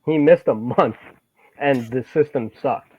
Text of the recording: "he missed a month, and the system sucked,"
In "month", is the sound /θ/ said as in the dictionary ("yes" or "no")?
yes